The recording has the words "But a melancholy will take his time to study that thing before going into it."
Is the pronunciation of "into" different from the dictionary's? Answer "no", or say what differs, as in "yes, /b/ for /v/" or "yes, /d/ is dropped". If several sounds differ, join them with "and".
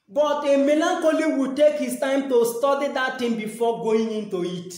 no